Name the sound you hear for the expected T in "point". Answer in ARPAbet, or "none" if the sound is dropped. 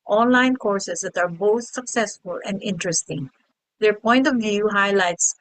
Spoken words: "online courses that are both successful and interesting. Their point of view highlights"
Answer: T